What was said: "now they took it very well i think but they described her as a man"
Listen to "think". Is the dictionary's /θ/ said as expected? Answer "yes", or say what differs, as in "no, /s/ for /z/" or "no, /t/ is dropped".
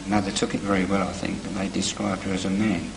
yes